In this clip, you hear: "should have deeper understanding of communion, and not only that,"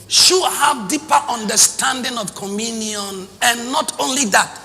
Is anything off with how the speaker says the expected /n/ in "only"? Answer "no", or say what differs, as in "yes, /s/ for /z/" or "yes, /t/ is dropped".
no